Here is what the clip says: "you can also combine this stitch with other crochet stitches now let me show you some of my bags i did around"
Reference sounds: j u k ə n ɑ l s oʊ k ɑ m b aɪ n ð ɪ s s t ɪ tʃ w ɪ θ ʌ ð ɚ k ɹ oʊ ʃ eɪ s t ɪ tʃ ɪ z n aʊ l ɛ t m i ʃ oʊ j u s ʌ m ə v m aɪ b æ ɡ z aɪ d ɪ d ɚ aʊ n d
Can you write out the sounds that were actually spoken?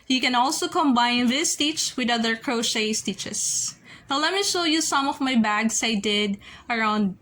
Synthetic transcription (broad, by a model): j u k ə n ɑ l s oʊ k ɑ m b aɪ n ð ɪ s s t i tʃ w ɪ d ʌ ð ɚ k ɹ oʊ ʃ eɪ s t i tʃ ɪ s n aʊ l ɛ t m i ʃ oʊ j u s ʌ m ə v m aɪ b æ ɡ s aɪ d ɪ d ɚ aʊ n d